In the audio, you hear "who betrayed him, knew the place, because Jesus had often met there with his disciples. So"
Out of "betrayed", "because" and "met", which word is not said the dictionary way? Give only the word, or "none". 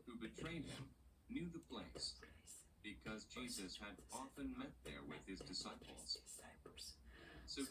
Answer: none